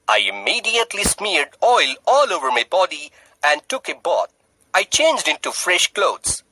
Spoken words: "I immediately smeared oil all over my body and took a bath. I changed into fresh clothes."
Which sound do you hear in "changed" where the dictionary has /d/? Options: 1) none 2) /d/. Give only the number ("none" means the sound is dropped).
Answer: 2